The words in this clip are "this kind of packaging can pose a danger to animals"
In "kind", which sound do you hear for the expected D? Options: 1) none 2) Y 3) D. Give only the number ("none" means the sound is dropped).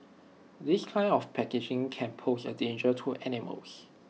1